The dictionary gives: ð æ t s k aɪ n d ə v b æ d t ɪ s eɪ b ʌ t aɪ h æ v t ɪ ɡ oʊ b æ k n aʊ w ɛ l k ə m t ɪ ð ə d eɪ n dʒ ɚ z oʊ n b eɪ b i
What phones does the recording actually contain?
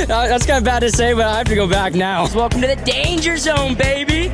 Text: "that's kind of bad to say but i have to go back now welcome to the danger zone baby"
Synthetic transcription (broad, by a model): ð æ t s k aɪ n d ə b æ d t ɪ s eɪ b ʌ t aɪ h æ f t ɪ ɡ oʊ b æ k n aʊ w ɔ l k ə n t ɪ ð ə d eɪ n dʒ ɚ z oʊ n b eɪ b i